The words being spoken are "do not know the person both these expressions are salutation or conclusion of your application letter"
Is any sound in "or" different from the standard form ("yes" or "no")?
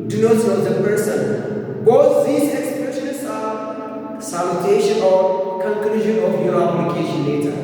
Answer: yes